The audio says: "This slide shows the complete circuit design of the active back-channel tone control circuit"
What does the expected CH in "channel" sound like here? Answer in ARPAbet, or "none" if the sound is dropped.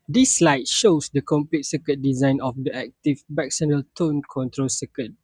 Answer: S